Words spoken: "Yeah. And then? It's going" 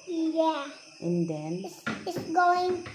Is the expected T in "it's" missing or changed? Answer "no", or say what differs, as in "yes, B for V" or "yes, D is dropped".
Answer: yes, S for T